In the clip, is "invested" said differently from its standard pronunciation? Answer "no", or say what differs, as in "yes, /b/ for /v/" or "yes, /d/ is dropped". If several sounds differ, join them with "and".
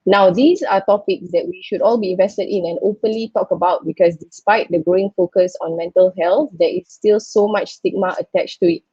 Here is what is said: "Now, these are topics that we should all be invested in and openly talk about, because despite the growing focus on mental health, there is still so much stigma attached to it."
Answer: no